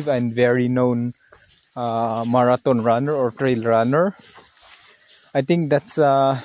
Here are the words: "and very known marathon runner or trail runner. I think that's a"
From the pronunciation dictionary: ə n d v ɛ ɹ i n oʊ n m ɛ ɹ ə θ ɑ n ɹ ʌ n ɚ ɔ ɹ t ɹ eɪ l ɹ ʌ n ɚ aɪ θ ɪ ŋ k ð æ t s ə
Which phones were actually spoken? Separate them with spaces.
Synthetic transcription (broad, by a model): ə n d v ɛ ɹ i n oʊ n m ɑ ɹ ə t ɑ n ɹ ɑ n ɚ ɔ ɹ t ɹ eɪ l ɹ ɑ n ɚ aɪ t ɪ ŋ k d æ t s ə